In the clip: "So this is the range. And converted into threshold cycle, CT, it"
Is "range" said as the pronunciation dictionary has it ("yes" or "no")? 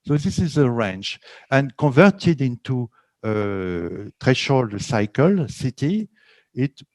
no